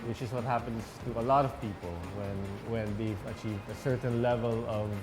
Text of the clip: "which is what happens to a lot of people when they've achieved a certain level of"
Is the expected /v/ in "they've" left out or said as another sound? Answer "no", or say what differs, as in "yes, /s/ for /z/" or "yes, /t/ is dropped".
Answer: no